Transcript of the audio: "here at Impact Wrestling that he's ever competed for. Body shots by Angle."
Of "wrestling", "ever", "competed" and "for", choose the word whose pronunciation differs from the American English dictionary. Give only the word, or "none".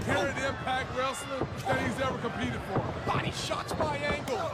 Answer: wrestling